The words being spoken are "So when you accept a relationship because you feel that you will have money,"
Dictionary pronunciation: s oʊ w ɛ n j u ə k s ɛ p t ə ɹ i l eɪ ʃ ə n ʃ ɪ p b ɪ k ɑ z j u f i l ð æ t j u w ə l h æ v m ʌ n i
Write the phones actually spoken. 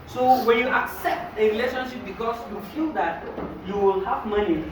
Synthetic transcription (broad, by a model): s oʊ w ɛ n j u ə k s ɛ p t ə ɹ i l eɪ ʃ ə n ʃ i p b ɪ k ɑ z j u f i l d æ t j u w ə l h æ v m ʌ n i